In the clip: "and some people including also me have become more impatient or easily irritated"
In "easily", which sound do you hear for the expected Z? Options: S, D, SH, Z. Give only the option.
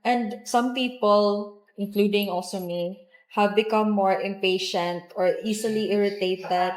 S